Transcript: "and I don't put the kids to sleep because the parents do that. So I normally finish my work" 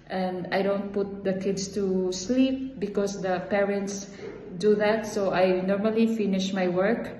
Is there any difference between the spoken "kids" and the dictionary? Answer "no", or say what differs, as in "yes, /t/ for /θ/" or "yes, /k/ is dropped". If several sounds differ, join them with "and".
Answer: yes, /s/ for /z/